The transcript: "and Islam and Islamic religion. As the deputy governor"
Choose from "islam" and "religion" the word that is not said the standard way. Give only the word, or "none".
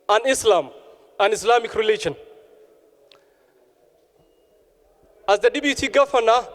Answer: religion